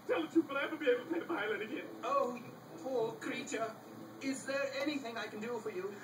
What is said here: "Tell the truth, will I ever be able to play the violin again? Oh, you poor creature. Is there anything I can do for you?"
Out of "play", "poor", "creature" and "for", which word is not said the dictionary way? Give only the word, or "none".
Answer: play